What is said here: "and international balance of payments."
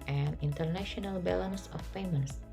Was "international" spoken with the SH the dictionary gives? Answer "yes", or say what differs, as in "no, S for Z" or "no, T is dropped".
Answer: yes